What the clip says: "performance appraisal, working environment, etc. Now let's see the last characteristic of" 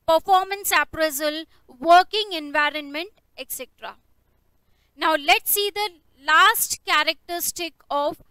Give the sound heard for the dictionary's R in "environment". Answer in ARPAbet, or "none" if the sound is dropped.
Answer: R